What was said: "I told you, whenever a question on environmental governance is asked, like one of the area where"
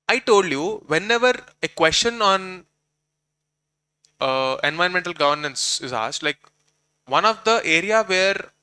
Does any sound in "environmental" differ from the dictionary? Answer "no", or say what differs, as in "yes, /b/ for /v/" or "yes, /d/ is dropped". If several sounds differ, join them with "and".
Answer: yes, /ɹ/ is dropped